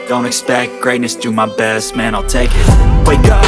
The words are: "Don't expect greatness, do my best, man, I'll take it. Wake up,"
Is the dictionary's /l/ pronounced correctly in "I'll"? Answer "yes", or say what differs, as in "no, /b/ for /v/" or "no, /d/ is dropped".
yes